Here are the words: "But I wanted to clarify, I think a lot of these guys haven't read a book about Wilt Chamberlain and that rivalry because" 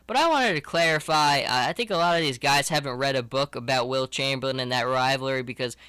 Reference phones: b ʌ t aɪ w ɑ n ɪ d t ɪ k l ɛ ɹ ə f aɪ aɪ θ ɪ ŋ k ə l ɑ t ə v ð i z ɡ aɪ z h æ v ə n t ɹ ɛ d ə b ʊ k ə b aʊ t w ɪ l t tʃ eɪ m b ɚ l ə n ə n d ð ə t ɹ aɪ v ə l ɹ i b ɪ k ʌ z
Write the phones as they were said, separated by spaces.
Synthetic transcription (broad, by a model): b ʌ t aɪ w ɑ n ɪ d t ɪ k l ɛ ɹ ə f aɪ aɪ θ ɪ ŋ k ə l ɑ t ə v ð i z ɡ aɪ z h æ v ə n t ɹ ɛ d ə b ʊ k ə b aʊ t w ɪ l tʃ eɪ m b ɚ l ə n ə n ð ə t ɹ aɪ v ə ɹ i b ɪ k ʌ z